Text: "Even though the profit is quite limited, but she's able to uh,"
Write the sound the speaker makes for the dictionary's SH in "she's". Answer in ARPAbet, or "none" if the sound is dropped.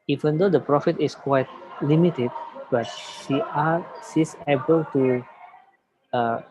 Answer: S